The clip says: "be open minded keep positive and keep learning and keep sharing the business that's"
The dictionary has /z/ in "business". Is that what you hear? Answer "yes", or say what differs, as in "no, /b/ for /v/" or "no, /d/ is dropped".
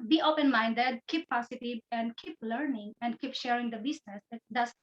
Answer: no, /s/ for /z/